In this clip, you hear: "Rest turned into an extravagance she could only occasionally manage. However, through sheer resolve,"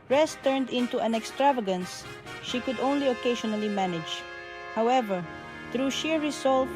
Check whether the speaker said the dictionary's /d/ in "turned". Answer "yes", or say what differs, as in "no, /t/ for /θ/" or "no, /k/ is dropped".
yes